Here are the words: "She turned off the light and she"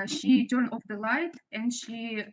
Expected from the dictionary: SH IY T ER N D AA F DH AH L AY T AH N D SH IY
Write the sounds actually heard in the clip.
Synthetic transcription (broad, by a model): SH IY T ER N AA F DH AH L AY T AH N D SH IY